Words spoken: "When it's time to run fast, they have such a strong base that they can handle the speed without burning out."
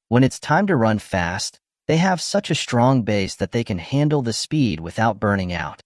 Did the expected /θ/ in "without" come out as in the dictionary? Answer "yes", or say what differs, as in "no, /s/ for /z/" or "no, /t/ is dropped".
yes